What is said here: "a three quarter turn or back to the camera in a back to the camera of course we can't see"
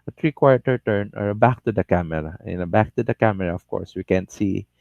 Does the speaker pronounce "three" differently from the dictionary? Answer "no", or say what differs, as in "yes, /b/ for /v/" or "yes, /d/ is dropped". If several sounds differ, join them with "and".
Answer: yes, /t/ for /θ/